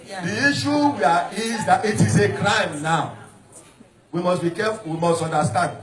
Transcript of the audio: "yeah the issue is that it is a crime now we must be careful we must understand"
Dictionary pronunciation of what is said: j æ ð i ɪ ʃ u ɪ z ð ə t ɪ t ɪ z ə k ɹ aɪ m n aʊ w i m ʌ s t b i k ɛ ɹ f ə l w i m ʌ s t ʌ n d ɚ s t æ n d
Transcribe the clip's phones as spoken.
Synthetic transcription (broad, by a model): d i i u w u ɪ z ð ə t ɪ t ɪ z ə k ɹ aɪ m n aʊ w i m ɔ s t b i k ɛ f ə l w i m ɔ s t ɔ n d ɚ s t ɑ n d